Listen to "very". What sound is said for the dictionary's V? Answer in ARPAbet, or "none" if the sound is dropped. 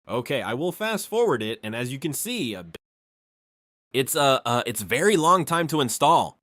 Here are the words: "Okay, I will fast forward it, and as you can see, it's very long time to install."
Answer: V